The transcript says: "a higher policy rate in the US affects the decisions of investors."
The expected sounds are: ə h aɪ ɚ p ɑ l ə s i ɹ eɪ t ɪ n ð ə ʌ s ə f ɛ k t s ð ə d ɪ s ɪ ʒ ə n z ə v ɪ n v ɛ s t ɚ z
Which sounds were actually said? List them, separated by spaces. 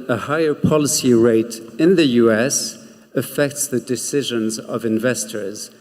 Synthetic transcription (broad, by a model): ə h aɪ ɚ p ɑ l ə s i ɹ eɪ t ɪ n ð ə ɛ s ə f ɛ k t s ð ə d ɪ s ɪ ʒ ə n z ə v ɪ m v ɛ s t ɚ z